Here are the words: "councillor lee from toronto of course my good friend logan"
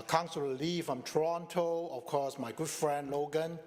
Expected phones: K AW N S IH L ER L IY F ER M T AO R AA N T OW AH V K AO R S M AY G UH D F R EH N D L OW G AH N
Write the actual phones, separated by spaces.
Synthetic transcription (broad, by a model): K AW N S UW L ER L IY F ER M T R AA N T OW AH F K AO S M AY G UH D F R EH N D L OW G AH N